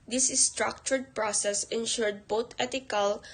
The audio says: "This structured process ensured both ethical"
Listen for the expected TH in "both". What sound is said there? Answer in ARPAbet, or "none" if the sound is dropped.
T